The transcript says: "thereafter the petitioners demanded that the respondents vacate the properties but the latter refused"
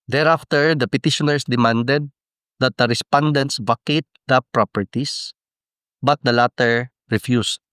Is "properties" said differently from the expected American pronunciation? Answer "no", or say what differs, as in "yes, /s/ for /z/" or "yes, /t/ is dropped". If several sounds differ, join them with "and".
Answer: yes, /s/ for /z/